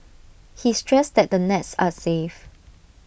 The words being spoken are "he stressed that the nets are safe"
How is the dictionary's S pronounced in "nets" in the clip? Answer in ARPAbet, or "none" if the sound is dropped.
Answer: S